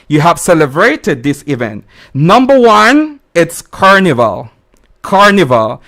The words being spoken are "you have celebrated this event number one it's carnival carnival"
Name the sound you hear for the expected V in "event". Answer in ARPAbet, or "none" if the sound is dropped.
V